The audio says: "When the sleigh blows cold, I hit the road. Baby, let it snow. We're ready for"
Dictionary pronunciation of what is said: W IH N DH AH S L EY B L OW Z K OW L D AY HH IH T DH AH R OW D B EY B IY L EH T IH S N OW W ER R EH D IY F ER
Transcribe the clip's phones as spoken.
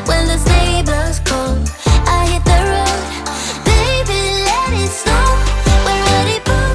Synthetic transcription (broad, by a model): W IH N DH AH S EY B OW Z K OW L AY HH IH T DH AH R OW D B EY B IY L EH T IH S OW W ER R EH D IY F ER